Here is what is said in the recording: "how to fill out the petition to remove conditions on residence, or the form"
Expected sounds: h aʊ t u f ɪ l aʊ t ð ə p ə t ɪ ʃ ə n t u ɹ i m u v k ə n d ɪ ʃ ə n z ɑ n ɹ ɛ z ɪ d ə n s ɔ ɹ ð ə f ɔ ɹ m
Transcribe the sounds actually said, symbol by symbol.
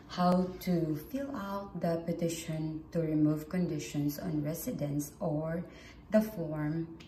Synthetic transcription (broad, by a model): h aʊ t u f ɪ l aʊ t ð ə p ə t ɪ ʃ ə n t u ɹ i m u v k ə n d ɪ ʃ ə n s ɑ n ɹ ɛ s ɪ d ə n s ɔ ɹ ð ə f ɔ ɹ m